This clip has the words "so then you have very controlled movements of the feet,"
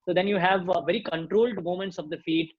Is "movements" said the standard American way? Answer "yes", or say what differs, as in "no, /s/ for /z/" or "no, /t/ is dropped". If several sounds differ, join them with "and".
no, /v/ is dropped